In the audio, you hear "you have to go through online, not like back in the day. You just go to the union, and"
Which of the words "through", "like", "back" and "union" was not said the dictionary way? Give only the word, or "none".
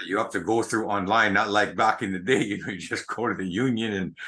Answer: none